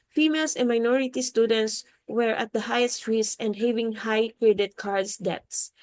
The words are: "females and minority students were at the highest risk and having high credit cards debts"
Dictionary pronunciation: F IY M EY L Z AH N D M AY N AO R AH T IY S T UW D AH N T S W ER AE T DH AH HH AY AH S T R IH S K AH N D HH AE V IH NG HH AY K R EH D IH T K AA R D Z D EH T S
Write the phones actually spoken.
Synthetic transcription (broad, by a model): F IY M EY L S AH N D M AY N AO R AH T IY S T UW D AH N T S W ER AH T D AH HH AY AH S T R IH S AH N D HH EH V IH NG HH AY K R EH D IH T K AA R D S D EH T S